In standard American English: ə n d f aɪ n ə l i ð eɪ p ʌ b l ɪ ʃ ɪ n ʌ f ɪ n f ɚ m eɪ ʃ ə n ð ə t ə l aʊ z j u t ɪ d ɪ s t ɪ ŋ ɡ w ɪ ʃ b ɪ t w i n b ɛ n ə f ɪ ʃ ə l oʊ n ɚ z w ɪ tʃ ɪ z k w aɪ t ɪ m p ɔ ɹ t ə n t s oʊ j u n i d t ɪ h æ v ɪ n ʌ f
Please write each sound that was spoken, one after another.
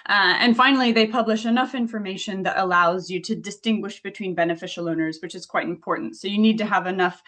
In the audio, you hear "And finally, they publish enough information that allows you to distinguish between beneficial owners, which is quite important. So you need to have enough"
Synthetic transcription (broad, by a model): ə n f aɪ n l i ð eɪ p ʌ b l ɪ ʃ ɪ n ʌ f ɪ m f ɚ m eɪ ʃ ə n ð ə t ə l aʊ z j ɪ t ɪ d ɪ s t ɪ ŋ ɡ w ɪ ʃ b ɪ t w i n b ɛ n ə f ɪ ʃ l oʊ n ɚ z w ɪ tʃ ɪ z k w aɪ t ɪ m p ɔ ɹ t n t s oʊ j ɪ n i d t ɪ v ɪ n ʌ f